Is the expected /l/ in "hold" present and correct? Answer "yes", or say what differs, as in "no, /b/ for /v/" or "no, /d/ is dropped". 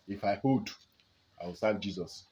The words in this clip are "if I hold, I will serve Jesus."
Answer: no, /l/ is dropped